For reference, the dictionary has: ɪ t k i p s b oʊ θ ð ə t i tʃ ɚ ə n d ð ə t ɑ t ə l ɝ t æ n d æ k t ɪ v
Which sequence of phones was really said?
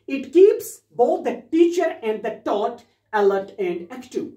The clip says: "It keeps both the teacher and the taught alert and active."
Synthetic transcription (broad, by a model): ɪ t k i p s b oʊ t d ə t i tʃ ɚ ə n d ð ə t ɑ t ə l ɝ t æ n d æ k t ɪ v